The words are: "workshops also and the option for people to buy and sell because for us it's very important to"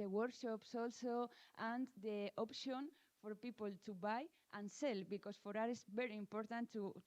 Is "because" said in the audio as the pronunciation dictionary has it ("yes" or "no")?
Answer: no